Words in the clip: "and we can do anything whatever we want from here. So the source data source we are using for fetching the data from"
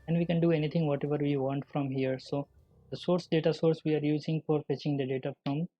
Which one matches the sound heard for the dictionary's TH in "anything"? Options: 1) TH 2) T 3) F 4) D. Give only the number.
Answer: 2